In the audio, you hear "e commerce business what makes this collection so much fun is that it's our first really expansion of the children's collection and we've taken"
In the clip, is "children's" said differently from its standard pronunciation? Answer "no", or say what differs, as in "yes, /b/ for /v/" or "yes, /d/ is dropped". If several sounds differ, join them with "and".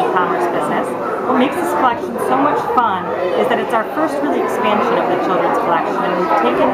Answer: no